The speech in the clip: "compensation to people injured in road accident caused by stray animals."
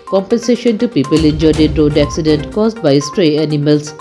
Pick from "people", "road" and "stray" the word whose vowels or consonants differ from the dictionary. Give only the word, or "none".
none